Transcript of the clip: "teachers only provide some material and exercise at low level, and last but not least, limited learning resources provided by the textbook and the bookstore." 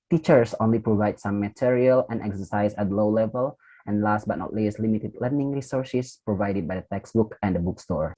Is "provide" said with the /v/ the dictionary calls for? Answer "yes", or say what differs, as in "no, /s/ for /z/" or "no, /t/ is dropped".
yes